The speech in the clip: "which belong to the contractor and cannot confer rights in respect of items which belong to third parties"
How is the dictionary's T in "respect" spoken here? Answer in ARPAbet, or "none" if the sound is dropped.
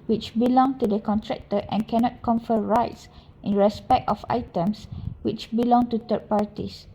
T